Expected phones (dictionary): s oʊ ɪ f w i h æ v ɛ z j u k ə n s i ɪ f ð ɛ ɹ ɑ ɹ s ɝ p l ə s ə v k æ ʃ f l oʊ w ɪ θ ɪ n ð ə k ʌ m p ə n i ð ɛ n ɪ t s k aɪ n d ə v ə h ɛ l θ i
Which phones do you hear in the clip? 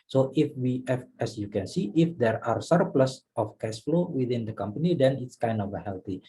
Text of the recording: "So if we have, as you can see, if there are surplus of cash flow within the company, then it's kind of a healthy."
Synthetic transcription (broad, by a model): s oʊ ɪ f w i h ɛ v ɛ s j u k ə n s i ɪ f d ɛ ɹ ɑ ɹ s ɝ p l ə s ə f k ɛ s f l oʊ w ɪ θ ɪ n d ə k ʌ m p ə n i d ɛ n ɪ t s k aɪ n d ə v ə h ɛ l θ i